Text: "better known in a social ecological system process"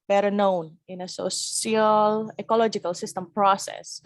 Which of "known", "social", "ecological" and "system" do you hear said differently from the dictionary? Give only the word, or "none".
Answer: social